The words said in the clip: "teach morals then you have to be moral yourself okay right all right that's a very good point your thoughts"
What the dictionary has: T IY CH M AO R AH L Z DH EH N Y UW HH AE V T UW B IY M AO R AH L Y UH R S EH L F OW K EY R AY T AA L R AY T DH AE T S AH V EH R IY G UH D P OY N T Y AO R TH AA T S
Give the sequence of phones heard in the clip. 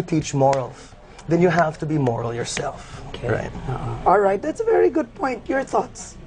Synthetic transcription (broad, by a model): T IY CH M AO R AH L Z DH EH N Y UW HH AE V T UW B IY M AO R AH L Y UH R S EH L F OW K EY R AY T AA L R AY T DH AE T S AH V EH R IY G UH D P OY N T Y AO R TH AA T S